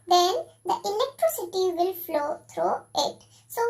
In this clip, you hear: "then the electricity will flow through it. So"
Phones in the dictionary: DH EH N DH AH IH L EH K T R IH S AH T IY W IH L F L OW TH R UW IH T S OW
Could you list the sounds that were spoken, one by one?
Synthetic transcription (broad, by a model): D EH N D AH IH N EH K T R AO S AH T IY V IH L F L OW T R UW IH T S OW